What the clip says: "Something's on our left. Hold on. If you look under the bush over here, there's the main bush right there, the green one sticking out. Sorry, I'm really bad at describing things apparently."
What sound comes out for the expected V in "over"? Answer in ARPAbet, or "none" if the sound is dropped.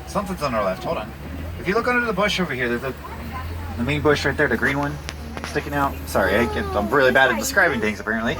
V